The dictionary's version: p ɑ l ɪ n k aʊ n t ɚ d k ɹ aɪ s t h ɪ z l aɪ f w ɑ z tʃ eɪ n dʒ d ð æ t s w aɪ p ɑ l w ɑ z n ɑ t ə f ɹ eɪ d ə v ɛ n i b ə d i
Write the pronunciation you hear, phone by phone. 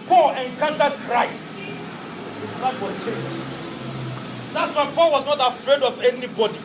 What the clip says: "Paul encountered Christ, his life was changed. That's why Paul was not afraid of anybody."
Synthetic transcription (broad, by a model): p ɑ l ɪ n k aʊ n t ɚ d k ɹ aɪ s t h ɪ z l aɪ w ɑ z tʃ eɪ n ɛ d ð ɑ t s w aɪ p ɑ l w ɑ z n ɑ t ə f ɹ eɪ d ə v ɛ n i b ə d i